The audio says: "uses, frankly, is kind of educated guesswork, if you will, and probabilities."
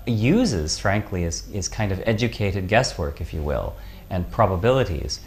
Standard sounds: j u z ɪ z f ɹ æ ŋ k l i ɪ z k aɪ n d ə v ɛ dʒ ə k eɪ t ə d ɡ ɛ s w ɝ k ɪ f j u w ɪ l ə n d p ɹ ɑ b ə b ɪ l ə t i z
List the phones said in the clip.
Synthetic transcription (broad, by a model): j u z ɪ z f ɹ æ ŋ k l i ɪ z k aɪ n d ə v ɛ dʒ ə k eɪ t ə d ɡ ɛ s w ɝ k ɪ f j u w ɪ l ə n p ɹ ɑ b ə b ɪ l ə t i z